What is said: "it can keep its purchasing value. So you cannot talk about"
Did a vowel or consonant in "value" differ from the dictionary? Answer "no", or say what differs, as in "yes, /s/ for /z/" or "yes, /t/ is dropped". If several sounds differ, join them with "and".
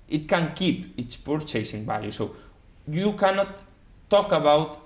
yes, /b/ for /v/ and /l/ is dropped